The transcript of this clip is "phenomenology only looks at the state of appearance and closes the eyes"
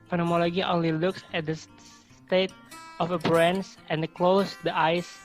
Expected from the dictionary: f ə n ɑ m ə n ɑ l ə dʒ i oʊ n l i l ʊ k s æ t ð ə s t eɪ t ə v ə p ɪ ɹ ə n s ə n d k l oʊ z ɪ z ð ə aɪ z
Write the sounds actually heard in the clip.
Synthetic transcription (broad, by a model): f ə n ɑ m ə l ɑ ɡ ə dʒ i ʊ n l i l ʊ k s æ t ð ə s t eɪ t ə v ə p ɹ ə n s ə n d k l oʊ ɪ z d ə aɪ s